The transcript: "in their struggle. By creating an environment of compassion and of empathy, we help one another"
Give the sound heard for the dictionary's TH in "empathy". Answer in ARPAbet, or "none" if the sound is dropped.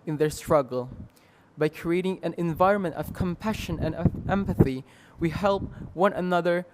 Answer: TH